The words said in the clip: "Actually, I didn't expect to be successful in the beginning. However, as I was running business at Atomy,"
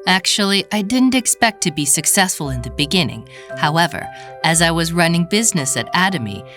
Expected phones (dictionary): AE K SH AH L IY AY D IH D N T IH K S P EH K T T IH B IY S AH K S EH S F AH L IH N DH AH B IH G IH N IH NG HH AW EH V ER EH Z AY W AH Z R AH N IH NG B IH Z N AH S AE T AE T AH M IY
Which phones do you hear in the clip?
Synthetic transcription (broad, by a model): AE K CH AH L IY AY D IH D N T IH K S P EH K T T IH B IY S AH K S EH S F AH L IH N DH AH B IH G IH N IH NG HH AW EH V ER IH Z AY W AH Z R AH N IH NG B IH Z N AH S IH T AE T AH M IY